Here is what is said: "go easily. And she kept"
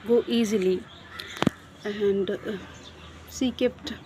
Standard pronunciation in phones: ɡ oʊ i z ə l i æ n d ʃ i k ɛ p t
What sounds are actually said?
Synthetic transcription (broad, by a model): ɡ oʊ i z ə l i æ n d s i k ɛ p t